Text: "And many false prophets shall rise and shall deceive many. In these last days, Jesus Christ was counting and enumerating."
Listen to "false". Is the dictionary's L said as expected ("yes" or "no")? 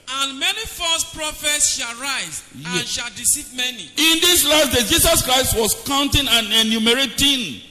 no